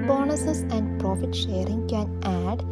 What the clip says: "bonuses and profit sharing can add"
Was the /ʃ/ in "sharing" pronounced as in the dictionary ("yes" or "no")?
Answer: yes